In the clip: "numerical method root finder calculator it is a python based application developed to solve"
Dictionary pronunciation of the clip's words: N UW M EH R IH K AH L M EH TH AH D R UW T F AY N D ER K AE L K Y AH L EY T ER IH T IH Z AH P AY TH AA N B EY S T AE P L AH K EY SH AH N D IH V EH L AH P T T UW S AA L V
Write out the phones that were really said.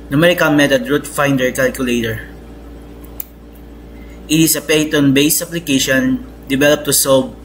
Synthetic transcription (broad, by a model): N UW M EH R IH K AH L M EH T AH D R UW T F AY N D ER K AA L K Y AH L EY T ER IH T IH S AH P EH T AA N B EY S AA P L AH K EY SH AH N D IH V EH L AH P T T UW S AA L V